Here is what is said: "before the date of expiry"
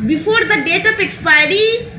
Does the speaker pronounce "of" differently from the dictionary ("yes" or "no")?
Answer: yes